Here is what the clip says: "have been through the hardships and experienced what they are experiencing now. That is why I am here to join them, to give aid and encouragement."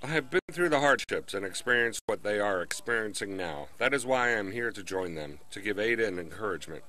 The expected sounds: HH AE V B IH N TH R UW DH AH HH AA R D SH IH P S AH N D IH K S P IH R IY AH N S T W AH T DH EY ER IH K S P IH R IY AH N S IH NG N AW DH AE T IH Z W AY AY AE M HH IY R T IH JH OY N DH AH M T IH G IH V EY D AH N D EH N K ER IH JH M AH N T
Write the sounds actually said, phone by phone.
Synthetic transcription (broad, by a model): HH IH V B IH N TH R UW DH AH HH AA R D SH IH P S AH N IH K S P IH R IY AH N S T W AH T DH EY ER IH K S P IH R IY AH N S IH NG N AW DH AE T IH Z W AY AY M HH IY R T IH JH OY N DH AH M T IH G IH V EY D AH N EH N K ER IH JH M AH N T